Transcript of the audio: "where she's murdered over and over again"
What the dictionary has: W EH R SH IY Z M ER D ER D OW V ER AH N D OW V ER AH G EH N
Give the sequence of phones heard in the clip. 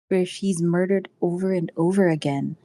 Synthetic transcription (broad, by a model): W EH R SH IY Z M ER D ER D OW V ER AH N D OW V ER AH G EH N